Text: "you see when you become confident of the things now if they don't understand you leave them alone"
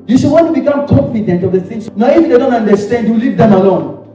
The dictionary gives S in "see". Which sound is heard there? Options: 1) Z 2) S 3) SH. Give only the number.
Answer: 3